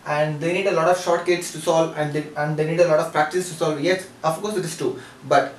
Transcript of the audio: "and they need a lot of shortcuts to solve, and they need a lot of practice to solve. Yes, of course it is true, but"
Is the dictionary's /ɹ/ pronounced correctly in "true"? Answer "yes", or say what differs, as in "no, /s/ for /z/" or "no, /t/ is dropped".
no, /ɹ/ is dropped